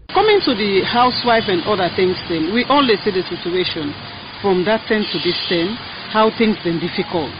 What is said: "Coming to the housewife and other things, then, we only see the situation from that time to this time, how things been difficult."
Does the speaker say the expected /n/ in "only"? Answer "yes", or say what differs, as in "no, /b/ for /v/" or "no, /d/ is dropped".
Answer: no, /l/ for /n/